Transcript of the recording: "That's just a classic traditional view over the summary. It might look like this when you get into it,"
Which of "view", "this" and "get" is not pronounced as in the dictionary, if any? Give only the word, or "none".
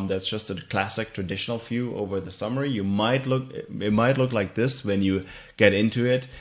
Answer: view